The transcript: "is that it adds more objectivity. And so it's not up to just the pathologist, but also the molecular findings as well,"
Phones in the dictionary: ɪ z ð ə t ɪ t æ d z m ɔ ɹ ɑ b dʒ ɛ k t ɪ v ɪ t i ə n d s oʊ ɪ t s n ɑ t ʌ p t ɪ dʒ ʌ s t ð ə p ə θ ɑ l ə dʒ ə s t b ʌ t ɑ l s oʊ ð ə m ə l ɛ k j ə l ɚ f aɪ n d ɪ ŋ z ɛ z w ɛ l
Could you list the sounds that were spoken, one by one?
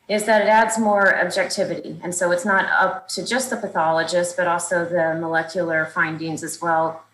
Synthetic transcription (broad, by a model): ɪ z ð ə t ɪ t æ d z m ɔ ɹ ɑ b dʒ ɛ k t ɪ v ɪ t i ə n s oʊ ɪ t s n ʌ t ʌ p t ɪ dʒ ʌ s t ð ə p ə θ ɑ l ə dʒ ə s t b ʌ t ɑ l s oʊ ð ə m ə l ɛ k j l ɚ f aɪ n d ɪ ŋ z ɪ z w ɛ l